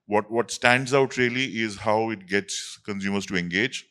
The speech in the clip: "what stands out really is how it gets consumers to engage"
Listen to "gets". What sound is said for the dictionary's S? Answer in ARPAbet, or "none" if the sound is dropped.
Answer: S